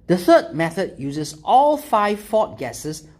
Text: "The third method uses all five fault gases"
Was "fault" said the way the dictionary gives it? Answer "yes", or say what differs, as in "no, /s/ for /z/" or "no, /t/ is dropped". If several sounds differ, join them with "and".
no, /l/ is dropped